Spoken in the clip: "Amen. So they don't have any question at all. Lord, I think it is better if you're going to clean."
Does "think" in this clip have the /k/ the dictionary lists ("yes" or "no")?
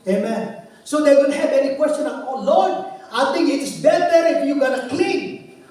no